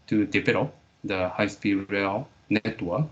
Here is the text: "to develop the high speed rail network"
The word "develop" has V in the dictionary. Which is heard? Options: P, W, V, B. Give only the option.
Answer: P